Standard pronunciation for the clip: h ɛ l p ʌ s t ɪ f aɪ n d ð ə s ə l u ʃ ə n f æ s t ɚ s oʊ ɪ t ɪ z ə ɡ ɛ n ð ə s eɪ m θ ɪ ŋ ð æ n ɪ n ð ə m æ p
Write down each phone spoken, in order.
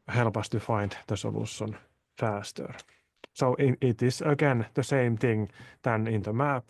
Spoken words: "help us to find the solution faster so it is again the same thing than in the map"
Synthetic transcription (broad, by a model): h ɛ l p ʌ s t ɪ f aɪ n d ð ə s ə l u s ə n f æ s t ɚ s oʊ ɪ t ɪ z ə ɡ ɛ n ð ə s eɪ m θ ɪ ŋ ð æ n ɪ n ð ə m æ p